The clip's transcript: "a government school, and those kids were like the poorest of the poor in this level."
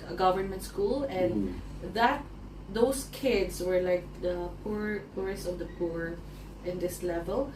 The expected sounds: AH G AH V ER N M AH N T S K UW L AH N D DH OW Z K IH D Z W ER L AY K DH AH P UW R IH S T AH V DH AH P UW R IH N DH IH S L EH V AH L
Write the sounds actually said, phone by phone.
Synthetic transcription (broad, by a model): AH G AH V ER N M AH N T S K UW L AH N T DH OW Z K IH D S W ER L AY K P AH P UW R IH S T AH V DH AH P UW R IH N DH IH S L EH V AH L